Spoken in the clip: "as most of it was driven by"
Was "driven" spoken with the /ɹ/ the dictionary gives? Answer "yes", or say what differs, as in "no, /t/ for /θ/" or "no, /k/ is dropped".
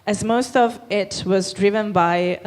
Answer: yes